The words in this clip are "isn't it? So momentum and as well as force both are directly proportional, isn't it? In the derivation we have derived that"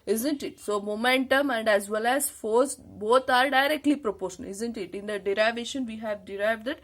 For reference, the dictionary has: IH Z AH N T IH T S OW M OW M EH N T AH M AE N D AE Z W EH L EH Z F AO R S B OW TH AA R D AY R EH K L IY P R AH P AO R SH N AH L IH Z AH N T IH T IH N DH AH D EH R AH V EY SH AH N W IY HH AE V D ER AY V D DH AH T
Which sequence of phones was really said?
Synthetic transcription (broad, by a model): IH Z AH N T IH T S OW M OW M EH N T AH M AE N D AE Z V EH L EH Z F AO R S B OW T AA R D AY R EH K L IY P R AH P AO R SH AH N IH Z AH N T IH T IH N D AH D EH R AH V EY SH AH N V IY HH AE V D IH AY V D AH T